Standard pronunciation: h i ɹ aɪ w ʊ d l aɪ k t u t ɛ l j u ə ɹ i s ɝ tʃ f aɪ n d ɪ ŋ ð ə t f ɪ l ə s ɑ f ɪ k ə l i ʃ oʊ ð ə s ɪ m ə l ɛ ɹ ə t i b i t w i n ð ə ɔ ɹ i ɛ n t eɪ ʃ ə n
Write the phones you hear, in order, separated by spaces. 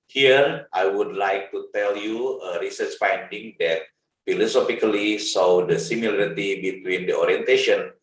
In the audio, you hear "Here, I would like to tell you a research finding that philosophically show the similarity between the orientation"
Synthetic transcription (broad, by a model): h i ɹ aɪ w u d l aɪ k t u t ɛ l j u ə ɹ i s ɝ tʃ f aɪ n d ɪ ŋ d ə t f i l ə s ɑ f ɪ k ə l i s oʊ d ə s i m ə l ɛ ɹ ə t i b i t w i n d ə ɔ ɹ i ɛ n t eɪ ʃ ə n